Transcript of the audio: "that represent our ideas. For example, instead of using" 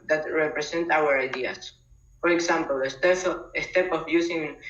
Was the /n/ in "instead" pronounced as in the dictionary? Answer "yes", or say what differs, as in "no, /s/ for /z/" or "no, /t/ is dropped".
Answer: no, /n/ is dropped